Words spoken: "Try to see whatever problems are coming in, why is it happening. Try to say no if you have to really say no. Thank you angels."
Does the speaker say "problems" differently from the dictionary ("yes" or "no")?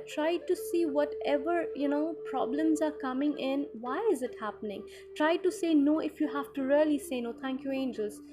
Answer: no